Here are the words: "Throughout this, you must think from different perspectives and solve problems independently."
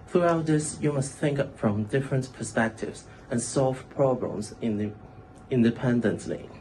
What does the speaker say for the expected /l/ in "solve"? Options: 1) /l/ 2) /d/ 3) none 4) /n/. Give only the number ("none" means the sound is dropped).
1